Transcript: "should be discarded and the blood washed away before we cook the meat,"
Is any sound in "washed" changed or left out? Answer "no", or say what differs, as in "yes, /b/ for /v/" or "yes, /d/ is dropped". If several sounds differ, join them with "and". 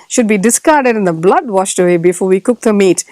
no